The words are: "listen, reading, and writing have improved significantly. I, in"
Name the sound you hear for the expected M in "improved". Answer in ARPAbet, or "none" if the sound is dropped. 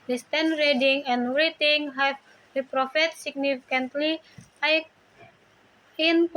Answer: none